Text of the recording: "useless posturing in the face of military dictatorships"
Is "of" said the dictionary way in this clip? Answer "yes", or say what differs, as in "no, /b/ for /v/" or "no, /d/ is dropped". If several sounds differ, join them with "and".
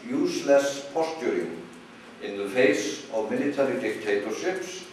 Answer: yes